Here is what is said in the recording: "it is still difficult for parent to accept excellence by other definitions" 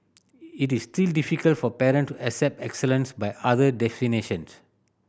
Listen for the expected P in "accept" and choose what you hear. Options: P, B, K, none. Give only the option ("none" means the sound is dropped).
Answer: P